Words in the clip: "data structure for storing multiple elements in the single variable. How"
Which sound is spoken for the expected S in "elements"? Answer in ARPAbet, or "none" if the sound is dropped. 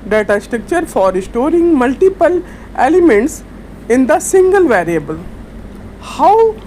S